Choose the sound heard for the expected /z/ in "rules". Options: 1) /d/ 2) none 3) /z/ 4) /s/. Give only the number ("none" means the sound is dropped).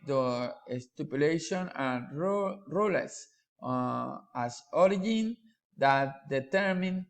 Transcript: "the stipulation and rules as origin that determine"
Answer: 4